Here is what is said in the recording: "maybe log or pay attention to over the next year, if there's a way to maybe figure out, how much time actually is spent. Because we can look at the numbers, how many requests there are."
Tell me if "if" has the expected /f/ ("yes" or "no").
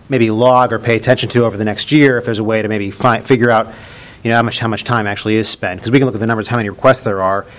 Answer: yes